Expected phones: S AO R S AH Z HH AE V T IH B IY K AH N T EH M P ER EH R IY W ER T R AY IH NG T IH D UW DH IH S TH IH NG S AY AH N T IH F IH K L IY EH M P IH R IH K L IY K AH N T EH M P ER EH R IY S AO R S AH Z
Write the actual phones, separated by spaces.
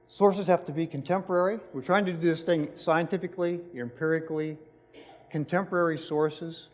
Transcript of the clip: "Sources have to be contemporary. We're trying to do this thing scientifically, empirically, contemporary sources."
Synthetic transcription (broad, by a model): S AO R S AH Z HH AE F T IH B IY K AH N T EH M P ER EH R IY W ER T R AY IH NG T IH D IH DH IH S TH IH NG S AY AH N T IH F IH K L IY EH M P IH R IH K L IY K AH N T EH M P ER EH R IY S AO R S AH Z